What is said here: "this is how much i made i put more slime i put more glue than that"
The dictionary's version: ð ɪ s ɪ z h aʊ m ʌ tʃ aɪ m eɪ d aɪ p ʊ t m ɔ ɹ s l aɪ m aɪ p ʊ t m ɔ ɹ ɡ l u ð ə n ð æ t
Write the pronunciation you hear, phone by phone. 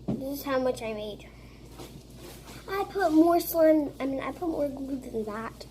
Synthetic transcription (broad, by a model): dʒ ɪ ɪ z h aʊ m ʌ tʃ aɪ m eɪ d aɪ p ʊ t m ɔ ɹ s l aɪ m aɪ p ʊ t m ɔ ɹ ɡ u ð ə n ð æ t